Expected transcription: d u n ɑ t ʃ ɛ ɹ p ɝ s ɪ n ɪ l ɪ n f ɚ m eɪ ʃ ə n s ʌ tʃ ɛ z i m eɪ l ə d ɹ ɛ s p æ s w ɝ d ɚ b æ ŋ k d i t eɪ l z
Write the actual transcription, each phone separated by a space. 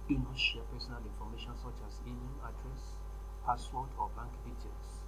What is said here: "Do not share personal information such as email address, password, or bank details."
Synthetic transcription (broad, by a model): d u n ɑ t ʃ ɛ p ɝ s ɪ n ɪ l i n f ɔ m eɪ ʃ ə n s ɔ tʃ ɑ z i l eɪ n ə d ɹ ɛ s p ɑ s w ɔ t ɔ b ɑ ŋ k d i t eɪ l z